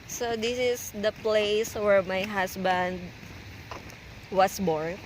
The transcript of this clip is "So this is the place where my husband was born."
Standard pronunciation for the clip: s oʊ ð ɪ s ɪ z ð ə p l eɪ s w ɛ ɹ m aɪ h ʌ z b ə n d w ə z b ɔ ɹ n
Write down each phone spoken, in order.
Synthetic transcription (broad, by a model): s oʊ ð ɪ s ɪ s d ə p l eɪ s w ɛ ɹ m aɪ h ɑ s b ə n d w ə s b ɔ ɹ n